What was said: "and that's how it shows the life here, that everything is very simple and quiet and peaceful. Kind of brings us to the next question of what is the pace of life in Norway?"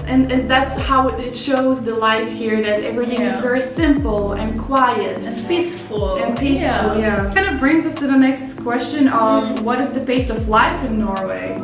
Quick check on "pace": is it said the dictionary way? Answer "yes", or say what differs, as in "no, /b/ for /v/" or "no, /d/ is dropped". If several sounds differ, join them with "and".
no, /b/ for /p/